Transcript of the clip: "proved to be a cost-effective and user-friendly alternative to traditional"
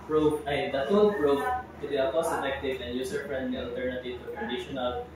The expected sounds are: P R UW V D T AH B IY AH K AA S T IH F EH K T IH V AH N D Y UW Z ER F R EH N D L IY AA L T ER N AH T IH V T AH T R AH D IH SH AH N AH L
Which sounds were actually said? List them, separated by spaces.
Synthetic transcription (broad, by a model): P R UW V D T AH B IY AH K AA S IH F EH K T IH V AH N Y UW S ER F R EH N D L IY AA L T ER N AH T IH V T AH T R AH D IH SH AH N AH L